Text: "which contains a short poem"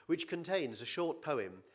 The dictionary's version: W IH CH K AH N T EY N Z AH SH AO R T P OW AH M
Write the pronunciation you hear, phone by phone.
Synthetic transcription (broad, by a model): W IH CH K AH N T EY N Z AH SH AO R T P OW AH M